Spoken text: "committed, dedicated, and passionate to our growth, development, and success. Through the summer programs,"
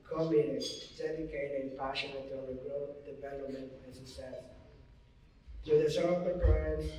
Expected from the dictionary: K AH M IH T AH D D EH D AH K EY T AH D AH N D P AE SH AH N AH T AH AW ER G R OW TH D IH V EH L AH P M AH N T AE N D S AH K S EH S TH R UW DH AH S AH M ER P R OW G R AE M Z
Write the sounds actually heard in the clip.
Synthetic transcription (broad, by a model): K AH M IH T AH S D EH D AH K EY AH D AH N P AE SH AH N AH T AH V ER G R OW T D IH V EH L AH P M AH N T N S AH K S EH S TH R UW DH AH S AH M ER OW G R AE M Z